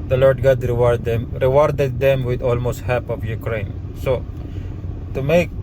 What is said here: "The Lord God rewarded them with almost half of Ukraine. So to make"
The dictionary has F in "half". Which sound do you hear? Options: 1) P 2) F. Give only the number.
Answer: 1